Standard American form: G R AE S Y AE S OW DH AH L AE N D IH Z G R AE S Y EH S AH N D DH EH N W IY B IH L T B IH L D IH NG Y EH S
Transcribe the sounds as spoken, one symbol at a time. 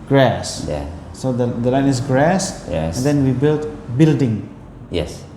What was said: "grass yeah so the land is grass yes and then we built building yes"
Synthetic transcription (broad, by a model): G R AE S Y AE S OW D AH L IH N IH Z G R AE S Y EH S AH N D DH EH N W IY B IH L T B IH L D IH NG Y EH S